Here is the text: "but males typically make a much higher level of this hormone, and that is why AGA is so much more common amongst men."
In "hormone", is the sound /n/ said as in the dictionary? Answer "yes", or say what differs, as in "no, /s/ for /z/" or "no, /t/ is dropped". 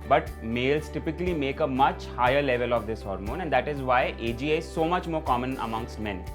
yes